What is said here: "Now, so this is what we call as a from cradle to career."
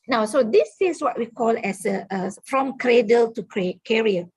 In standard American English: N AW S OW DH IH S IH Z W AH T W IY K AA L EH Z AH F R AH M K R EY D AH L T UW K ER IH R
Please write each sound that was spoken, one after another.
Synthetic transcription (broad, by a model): N AW S OW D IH S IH S W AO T W IY K AA L EH S AH F R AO M K R EY D AH L T UW K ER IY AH